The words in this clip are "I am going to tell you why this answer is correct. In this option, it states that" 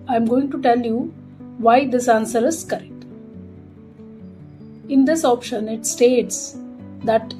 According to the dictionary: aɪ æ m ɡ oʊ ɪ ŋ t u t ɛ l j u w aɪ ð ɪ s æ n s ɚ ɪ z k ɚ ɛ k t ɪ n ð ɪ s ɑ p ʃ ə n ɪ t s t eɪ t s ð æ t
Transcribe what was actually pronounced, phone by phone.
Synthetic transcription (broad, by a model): aɪ m ɡ oʊ ɪ ŋ t u t ɛ l j u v aɪ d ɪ s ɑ n s ɚ ɪ z k ɚ ɛ k t ɪ n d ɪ s ɑ p ʃ ə n ɪ t s t eɪ t s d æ t